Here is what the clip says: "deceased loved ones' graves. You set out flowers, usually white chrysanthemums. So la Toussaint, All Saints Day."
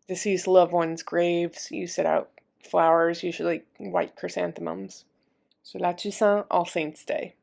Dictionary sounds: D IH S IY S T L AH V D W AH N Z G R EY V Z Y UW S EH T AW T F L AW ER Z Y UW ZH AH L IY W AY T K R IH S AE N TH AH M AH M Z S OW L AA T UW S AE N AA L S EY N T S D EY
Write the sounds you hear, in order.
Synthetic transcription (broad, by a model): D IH S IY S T L AH V W AH N Z G R EY V Z Y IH S EH T AW T F L AW ER Z Y UW ZH L IY W AY T K R IH S AE N TH AH M AH M Z S OW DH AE T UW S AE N AA L S EY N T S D EY